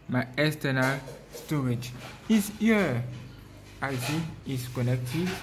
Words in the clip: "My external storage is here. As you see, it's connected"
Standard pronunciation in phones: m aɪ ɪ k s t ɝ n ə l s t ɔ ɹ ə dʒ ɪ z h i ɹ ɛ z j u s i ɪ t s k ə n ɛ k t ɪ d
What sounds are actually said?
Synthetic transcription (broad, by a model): m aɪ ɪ s t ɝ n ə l s t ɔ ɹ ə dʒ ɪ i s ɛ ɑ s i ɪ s k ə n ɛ k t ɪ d